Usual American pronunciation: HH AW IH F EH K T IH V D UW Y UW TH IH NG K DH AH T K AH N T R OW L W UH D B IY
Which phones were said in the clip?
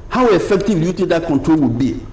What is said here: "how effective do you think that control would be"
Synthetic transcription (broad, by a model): HH AW IH F EH K T IH V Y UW T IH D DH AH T K AH N T R OW L W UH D B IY